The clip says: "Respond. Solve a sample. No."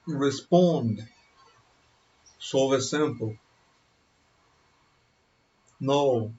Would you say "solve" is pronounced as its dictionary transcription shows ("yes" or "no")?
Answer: no